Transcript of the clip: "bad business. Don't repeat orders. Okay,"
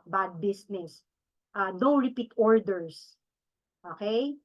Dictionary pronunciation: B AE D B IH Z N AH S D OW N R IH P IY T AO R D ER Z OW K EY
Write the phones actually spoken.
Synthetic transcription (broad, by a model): B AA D B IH S N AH S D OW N R IH P IY T AO R D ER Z OW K EY